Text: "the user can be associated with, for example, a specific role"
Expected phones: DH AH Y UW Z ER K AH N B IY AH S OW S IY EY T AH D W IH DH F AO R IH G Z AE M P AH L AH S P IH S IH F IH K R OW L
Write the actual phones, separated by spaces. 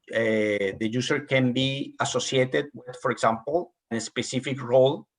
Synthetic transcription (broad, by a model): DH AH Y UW S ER K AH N B IY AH S OW S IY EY T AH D W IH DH F AO R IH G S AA M P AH N AH S P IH S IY F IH K R OW L